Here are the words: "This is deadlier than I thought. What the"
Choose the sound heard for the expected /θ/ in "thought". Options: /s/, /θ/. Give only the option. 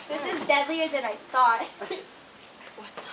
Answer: /s/